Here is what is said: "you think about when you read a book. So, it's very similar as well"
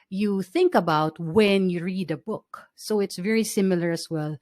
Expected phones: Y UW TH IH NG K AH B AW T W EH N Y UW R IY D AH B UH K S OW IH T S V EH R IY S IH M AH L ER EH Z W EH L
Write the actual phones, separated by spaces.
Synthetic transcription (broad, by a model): Y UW TH IH NG K AH B AW T W EH N Y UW R IY D AH B UH K S OW IH T S V EH R IY S IH M AH L ER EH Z W EH L